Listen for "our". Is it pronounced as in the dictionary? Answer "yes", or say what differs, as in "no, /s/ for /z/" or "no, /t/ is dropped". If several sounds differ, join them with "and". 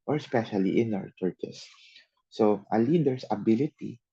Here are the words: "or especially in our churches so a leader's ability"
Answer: no, /w/ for /ɹ/